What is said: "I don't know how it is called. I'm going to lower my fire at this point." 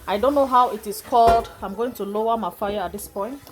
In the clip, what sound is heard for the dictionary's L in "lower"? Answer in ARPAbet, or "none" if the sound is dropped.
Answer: L